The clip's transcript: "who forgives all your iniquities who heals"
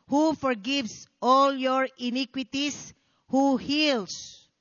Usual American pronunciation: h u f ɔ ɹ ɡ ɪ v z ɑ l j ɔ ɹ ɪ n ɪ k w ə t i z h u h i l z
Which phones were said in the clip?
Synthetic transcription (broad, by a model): h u f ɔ ɹ ɡ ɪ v s ɑ l j ɔ ɹ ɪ n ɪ k w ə t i s h u h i l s